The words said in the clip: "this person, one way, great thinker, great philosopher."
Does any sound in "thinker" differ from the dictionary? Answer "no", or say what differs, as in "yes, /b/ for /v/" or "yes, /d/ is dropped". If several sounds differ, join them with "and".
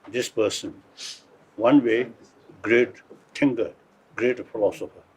yes, /t/ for /θ/